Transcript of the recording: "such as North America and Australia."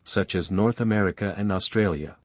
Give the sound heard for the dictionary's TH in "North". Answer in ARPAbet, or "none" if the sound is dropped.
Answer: TH